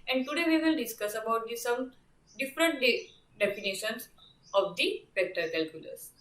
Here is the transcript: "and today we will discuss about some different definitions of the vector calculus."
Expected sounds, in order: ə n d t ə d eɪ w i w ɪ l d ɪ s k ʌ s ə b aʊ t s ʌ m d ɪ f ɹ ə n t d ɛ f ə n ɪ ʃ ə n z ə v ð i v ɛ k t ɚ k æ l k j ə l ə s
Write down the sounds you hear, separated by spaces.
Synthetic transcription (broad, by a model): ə n d t ə d eɪ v i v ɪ l d ɪ s k ʌ s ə b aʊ t s ʌ m d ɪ f ɹ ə n t d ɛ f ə n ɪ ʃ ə n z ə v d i p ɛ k t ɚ k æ l k j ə l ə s